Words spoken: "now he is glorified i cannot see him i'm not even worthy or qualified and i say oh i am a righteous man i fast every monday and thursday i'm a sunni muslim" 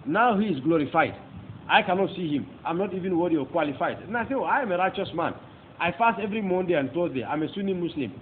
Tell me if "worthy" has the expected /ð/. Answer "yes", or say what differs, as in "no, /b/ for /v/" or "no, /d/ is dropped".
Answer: no, /ð/ is dropped